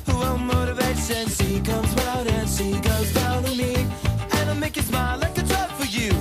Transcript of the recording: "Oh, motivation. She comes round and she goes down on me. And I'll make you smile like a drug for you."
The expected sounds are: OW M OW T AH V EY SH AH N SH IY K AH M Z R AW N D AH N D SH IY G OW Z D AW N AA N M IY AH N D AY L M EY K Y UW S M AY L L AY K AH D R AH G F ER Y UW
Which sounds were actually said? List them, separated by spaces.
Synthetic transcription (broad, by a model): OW M OW T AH V EY S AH N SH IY K AH M Z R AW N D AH N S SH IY G OW Z D AW N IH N M IY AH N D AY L M EY K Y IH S M AY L L AY K AH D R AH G F ER Y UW